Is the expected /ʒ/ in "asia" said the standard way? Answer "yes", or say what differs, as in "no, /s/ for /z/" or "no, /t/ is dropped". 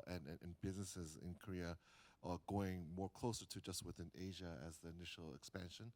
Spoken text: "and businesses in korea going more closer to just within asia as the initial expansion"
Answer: yes